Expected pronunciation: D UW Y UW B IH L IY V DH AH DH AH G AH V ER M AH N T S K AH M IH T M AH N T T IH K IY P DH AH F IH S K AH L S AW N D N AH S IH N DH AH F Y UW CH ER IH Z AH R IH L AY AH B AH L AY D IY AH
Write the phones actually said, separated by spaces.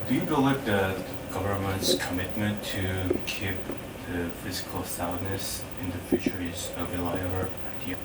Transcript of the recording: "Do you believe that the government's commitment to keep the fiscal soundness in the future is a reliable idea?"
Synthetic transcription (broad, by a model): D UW Y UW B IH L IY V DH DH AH G AH V ER M AH N T S K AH M IH T M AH N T T IH K IY P DH AH F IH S K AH L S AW D N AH S IH N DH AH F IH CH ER IH Z AH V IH L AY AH AH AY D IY